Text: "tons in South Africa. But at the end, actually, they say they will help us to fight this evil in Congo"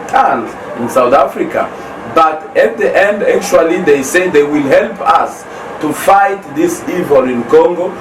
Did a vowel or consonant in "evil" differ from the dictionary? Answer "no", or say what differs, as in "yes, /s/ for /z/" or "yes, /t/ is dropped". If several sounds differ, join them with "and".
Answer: no